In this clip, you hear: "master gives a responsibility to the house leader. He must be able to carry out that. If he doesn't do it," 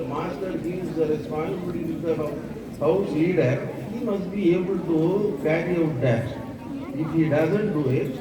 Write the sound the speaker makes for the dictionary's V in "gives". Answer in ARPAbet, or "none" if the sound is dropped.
none